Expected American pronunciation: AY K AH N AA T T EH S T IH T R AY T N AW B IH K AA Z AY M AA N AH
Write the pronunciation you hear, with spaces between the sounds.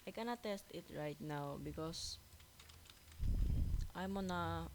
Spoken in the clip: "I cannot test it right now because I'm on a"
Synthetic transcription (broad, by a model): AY K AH N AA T T EH S T IH T R AY T N AW B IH K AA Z AY M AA N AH